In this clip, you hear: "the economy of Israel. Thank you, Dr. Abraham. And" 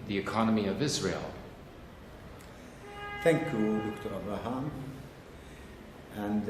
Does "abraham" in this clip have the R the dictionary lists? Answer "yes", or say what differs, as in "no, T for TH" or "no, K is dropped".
no, R is dropped